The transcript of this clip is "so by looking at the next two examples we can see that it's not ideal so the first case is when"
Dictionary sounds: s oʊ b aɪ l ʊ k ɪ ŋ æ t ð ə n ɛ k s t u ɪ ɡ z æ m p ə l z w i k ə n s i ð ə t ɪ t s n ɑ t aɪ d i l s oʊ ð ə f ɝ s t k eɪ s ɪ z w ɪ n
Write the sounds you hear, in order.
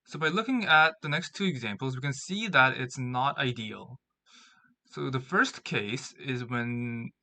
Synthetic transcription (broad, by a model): s oʊ b aɪ l ʊ k ɪ ŋ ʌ t ð ə n ɛ k s t u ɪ ɡ z æ m p l z w i k ə n s i ð ə t ɪ t s n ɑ t aɪ d i l s oʊ ð ə f ɝ s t k eɪ s ɪ z w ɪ n